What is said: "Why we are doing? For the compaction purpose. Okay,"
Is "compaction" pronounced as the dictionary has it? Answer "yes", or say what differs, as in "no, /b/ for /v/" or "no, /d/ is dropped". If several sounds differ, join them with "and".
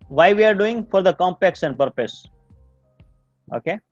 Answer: no, /s/ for /ʃ/